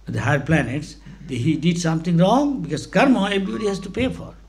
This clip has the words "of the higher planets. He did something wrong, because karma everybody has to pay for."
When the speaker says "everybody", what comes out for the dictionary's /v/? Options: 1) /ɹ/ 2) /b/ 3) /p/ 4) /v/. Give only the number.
2